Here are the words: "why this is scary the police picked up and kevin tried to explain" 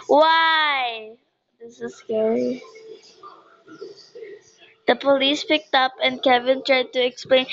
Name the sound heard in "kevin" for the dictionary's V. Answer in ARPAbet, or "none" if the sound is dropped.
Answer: V